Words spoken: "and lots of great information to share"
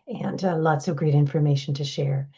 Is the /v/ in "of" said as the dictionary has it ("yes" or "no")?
yes